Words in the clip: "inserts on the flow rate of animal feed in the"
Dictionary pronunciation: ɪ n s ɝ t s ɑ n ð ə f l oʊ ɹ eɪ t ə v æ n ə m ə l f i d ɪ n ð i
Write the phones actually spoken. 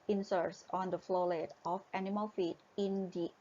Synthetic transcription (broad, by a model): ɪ n s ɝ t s ɑ n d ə f l oʊ l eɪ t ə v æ n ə m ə l f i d ɪ n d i